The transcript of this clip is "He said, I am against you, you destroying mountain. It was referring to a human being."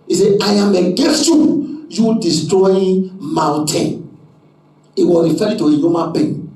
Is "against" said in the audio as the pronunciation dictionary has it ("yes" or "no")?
no